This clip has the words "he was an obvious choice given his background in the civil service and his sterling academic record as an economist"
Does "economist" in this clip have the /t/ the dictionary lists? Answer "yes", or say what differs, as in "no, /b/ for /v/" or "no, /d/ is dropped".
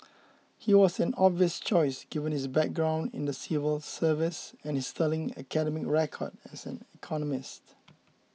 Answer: yes